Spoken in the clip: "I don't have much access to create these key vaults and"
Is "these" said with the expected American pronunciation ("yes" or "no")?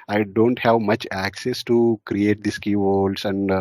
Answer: no